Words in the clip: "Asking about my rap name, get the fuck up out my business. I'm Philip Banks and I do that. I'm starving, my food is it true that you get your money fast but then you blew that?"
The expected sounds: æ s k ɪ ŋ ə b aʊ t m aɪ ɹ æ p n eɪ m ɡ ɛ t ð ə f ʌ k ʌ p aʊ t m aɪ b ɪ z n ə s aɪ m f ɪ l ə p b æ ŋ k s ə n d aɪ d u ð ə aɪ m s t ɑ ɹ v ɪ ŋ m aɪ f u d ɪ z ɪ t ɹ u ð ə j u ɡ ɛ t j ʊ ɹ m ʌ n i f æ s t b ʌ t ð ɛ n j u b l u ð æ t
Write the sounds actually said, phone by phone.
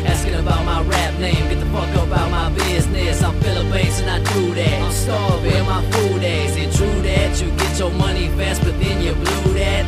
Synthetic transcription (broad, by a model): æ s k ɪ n ə b aʊ t m aɪ ɹ æ p n eɪ m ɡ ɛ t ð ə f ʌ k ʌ b aʊ t m aɪ b ɪ z n ə s aɪ m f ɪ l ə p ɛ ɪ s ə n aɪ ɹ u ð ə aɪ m s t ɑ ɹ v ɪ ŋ m aɪ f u d ɪ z ɪ t ɹ u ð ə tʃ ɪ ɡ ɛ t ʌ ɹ m ʌ n i f æ s t b ʌ t ð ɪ n j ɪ b l u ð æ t